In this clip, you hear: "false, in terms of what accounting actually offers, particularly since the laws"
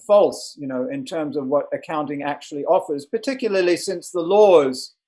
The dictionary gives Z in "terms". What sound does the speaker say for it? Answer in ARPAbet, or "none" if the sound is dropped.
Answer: Z